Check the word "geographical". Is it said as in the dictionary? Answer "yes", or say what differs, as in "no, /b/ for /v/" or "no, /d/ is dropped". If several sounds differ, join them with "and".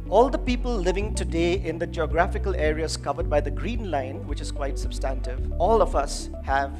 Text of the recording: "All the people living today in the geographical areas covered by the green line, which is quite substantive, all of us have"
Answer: yes